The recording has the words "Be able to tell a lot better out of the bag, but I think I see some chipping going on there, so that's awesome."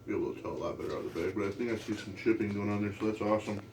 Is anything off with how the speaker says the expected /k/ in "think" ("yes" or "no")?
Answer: yes